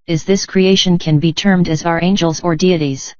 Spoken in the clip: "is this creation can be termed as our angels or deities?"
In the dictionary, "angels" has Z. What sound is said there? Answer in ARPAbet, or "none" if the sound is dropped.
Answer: Z